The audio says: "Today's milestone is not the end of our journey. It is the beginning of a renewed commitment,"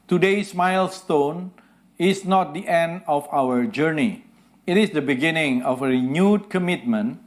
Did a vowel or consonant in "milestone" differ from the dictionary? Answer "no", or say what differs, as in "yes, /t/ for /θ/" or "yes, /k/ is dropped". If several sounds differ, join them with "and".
no